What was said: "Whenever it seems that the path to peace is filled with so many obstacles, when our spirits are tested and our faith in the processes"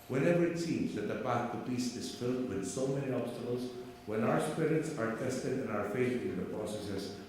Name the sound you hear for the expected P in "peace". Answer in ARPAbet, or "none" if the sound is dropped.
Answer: B